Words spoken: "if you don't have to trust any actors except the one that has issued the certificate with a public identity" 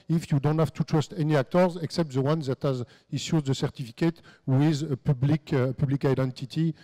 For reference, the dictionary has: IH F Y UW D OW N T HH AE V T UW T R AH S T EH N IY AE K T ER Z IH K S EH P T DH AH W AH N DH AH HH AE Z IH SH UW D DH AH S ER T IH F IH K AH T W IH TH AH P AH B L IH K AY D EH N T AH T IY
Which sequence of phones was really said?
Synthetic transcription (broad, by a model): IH F Y UW D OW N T HH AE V T UW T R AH S T EH N IY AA K T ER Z IH K S EH P T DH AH W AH N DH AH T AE Z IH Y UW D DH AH S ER T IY F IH K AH T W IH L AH P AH B L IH K AY D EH N T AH T IY